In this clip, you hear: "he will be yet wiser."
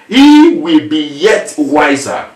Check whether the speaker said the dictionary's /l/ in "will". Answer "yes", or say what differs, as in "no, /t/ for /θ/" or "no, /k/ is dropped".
yes